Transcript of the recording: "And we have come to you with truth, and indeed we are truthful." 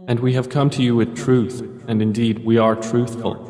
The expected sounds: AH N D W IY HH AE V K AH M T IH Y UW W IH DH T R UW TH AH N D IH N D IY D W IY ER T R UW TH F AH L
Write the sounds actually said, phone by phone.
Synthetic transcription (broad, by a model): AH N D W IY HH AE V K AH M T IH Y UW W IH DH T R UW TH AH N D IH N D IY D W IY ER T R UW TH F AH L